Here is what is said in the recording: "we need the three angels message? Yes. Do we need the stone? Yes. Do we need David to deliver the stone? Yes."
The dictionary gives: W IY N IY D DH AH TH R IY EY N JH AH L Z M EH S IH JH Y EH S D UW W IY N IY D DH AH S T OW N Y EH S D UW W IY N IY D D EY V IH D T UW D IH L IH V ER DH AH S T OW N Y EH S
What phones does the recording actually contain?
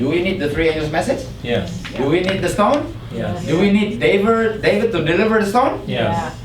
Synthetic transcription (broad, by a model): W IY N IY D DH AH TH R IY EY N AH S M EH S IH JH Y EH D UW W IY N IY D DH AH S T OW N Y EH D UW W IY N IY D D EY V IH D T UW D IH L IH V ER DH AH S T OW N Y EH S